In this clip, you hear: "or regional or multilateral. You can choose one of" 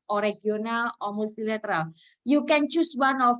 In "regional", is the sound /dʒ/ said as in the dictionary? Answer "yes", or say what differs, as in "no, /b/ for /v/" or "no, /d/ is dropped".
no, /dʒ/ is dropped